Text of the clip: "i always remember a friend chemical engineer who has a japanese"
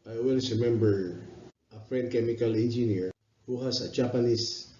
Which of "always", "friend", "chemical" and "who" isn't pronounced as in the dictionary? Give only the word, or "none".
always